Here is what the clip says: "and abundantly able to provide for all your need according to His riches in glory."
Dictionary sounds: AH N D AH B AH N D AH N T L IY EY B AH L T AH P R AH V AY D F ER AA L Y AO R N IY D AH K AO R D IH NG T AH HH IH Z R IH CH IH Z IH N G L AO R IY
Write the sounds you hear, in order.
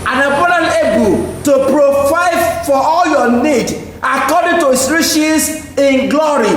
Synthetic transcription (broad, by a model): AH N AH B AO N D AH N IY EY B AH L T AH P R AH V AY D F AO AA L Y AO N IY D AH K AO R D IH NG T AH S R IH SH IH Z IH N G L AO R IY